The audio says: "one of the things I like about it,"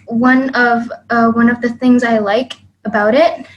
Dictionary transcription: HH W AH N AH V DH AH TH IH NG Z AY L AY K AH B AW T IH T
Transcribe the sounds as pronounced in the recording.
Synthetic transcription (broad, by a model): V W AH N AH V DH AH TH IH NG Z AY L AY K AH B AW T IH T